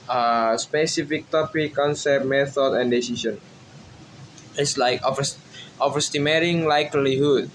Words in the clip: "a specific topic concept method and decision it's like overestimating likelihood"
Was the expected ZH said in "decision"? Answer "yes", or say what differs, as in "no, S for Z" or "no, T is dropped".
no, S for ZH